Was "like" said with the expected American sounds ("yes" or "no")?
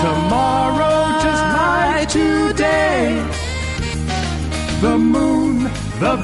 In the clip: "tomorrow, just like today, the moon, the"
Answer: no